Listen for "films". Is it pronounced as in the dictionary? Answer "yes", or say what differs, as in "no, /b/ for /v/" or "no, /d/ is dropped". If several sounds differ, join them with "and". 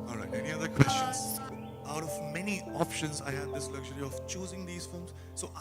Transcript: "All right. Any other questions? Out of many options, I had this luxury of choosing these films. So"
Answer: no, /l/ is dropped